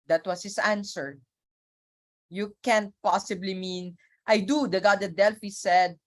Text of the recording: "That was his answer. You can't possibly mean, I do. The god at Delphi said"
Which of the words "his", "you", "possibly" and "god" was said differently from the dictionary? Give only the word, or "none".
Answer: his